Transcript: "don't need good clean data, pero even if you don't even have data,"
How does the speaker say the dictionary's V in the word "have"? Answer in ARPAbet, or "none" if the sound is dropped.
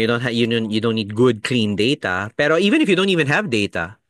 V